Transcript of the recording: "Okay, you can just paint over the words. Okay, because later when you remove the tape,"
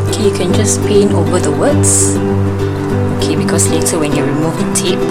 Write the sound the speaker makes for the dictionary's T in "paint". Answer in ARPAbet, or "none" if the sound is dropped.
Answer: none